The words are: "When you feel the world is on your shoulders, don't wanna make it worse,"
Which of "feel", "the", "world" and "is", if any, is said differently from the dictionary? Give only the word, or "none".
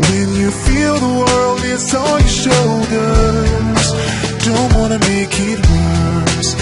is